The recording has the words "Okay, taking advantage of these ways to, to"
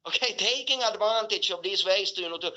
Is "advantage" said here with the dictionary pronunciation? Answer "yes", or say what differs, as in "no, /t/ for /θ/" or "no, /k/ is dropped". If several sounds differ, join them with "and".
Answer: no, /tʃ/ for /dʒ/